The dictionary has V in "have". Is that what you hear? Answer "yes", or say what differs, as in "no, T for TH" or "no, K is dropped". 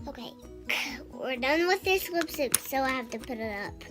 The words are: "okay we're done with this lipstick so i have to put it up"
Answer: no, F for V